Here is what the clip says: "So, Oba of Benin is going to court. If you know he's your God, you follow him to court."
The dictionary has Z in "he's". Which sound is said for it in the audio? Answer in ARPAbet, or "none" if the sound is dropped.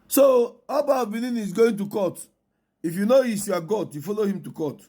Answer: S